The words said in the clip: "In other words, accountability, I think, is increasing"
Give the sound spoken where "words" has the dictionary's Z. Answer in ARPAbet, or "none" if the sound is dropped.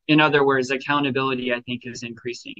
Z